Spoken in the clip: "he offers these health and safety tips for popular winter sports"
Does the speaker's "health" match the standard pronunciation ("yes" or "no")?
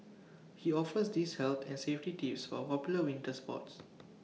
no